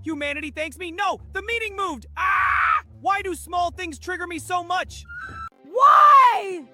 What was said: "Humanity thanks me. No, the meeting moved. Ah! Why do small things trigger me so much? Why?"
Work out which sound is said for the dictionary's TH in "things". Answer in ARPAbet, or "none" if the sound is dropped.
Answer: TH